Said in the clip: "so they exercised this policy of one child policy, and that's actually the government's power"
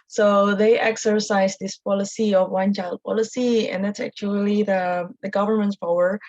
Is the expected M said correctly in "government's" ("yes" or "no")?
yes